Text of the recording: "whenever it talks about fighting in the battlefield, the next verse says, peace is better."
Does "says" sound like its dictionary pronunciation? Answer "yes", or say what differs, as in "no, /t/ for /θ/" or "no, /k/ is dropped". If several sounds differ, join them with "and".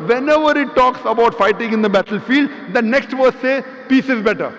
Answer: no, /z/ is dropped